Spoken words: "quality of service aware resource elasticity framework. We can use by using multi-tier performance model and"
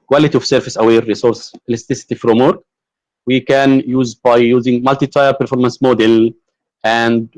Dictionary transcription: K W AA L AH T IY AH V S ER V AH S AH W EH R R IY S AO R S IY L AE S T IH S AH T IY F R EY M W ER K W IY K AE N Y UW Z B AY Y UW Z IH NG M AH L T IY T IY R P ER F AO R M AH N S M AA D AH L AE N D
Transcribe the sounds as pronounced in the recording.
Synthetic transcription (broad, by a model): K W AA L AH T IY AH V S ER F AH S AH W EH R R IY S AO R S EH L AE S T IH S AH T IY F R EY M W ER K W IY K AE N Y UW Z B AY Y UW Z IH NG M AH L T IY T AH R P ER F AO R M AH N S M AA D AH L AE N D